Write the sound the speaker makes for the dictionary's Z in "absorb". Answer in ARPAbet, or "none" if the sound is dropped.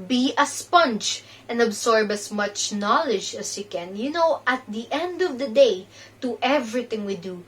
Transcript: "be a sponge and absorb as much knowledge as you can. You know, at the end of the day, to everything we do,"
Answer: S